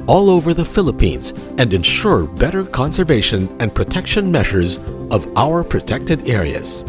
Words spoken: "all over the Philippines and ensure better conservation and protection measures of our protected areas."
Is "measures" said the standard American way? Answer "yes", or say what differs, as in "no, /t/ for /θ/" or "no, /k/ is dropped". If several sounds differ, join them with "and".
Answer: yes